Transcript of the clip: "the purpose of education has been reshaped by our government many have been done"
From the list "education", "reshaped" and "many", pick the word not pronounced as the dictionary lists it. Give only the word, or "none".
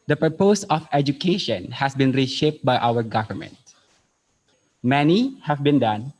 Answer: none